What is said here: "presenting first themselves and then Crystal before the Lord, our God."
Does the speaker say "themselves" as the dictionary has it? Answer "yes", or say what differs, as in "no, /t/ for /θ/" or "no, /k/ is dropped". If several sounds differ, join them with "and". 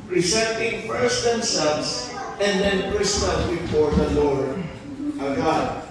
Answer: no, /s/ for /z/